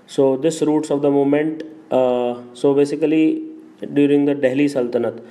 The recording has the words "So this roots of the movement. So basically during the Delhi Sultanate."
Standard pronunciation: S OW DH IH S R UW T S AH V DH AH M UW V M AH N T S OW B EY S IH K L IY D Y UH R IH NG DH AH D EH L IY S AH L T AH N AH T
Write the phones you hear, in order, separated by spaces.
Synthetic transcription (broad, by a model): S OW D IH S R UW T S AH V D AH M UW M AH N T S OW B EY S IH K L IY D Y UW R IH NG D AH D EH L IY S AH L T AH N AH T